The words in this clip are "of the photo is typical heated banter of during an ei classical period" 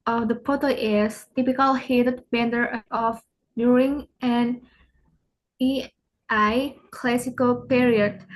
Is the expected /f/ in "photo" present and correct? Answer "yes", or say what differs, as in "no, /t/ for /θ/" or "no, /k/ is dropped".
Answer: no, /p/ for /f/